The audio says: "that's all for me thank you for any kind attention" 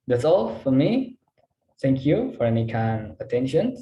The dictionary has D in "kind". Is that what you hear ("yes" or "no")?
no